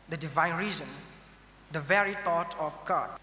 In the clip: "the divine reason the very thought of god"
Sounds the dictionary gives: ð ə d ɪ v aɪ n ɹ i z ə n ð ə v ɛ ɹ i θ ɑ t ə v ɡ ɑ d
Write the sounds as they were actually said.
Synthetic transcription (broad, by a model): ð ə d ɪ v aɪ n ɹ i z ə n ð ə v ɛ ɹ i t ɑ t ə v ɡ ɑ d